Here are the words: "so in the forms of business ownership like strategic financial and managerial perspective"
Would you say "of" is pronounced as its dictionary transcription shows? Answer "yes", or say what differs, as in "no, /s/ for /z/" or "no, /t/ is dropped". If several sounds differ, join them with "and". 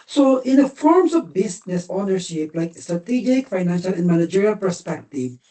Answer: yes